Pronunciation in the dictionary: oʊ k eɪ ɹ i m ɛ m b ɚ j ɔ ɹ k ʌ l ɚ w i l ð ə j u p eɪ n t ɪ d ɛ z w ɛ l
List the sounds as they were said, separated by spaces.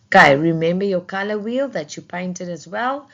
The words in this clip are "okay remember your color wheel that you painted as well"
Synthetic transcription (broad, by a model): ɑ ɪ ɹ i m ɛ m b ɚ j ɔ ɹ k ʌ l ɚ w i l ð ə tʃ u p eɪ n t ɪ d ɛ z w ɛ l